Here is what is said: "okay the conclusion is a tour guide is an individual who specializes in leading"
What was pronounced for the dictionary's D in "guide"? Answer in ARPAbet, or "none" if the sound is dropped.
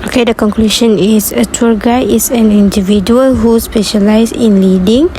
none